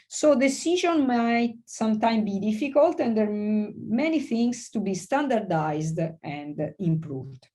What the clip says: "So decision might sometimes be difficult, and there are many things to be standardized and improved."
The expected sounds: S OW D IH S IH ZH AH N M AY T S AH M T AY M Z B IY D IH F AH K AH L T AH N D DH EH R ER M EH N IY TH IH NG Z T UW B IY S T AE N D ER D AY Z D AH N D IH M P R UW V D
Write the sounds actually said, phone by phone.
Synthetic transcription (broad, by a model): S OW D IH S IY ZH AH N M AY T S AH M T AY M B IY D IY F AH K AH L T AH N D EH R M EH N IY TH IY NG S T UW B IY S T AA N D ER D AY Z D AH N D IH M P R UW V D